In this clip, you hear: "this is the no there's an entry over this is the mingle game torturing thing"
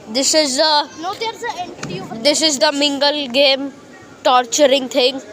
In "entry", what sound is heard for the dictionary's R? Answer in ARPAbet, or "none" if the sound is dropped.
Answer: none